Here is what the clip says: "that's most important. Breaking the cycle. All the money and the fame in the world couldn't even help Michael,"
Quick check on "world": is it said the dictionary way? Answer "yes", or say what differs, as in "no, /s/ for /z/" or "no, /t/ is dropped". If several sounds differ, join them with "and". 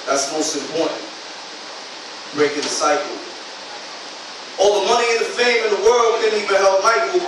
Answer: yes